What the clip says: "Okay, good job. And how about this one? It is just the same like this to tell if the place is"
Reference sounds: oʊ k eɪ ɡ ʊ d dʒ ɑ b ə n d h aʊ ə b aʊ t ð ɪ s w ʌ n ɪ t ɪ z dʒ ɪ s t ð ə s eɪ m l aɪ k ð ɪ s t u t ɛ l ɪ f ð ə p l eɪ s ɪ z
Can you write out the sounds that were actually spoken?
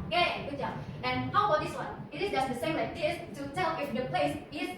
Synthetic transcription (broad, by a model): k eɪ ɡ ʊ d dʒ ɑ ə n h aʊ ə b aʊ t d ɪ s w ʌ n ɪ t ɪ s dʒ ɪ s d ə s eɪ m l aɪ k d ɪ s t u t ɛ l ɪ f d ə p l eɪ s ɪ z